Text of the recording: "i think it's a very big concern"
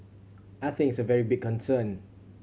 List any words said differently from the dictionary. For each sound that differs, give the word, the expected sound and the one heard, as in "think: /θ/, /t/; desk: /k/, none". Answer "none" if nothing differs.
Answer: think: /k/, none